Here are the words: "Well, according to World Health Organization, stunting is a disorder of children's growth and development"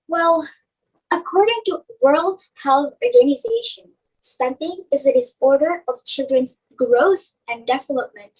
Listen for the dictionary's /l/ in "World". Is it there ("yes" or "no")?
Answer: yes